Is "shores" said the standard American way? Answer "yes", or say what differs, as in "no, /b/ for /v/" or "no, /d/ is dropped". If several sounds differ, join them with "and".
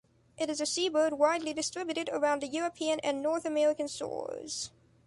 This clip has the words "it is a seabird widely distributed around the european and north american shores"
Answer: no, /s/ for /ʃ/